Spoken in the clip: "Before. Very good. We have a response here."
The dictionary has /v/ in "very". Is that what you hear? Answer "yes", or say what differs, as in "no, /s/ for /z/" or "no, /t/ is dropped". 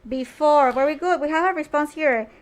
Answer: no, /w/ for /v/